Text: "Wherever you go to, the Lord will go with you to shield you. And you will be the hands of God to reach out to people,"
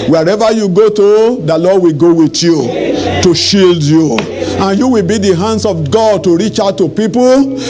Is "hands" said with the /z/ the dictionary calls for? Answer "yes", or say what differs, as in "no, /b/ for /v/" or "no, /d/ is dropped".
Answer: no, /s/ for /z/